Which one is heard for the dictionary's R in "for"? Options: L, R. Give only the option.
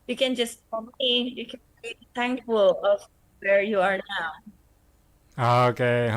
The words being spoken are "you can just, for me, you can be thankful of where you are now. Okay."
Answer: L